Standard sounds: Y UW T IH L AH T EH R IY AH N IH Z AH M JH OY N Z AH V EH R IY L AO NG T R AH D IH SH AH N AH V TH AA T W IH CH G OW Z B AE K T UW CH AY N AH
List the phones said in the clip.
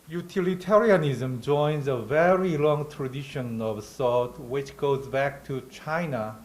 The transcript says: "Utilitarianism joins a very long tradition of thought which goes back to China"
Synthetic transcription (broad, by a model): Y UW T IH L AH T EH R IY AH N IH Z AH M JH OY N Z AH V EH R IY L AO NG T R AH D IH SH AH N AH V S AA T W IH CH G OW Z B AE K T UW CH AY N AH